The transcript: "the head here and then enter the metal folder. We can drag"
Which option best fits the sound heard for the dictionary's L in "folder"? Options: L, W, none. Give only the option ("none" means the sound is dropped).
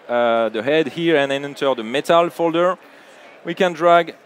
L